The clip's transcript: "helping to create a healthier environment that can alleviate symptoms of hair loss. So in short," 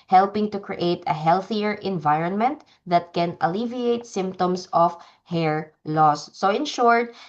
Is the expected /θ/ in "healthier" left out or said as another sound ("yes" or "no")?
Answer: no